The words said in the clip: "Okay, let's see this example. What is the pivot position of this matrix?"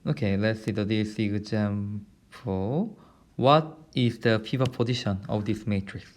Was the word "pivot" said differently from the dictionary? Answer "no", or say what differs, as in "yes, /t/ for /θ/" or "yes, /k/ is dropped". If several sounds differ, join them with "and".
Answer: yes, /f/ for /p/